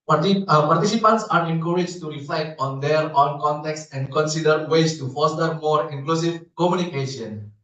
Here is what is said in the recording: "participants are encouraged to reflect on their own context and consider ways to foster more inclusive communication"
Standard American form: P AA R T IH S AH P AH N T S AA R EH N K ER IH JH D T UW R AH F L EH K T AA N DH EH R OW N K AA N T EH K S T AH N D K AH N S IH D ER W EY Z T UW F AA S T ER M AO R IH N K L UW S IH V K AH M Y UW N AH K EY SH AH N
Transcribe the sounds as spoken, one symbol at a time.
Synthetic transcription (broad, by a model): P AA R T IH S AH P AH N T S AA R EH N K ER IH JH T UW R AH F L EH K T AA N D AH R OW N K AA N T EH K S AH N D K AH N S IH D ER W EY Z T UW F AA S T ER M AO R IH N K L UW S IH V K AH M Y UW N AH K EY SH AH N